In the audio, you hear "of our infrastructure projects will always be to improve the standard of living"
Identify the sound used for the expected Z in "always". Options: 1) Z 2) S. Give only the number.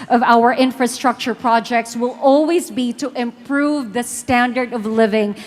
1